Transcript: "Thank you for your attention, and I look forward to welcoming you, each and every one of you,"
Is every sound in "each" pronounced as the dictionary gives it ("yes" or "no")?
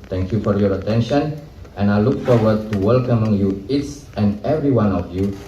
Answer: no